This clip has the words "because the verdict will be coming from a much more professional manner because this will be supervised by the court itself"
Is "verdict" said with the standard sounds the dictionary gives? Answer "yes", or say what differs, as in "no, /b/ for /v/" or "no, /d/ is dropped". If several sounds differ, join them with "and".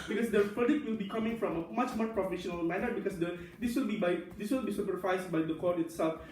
no, /p/ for /v/